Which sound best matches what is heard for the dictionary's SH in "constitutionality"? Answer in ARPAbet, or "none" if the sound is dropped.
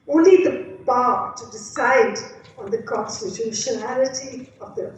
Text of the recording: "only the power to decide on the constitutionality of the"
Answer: SH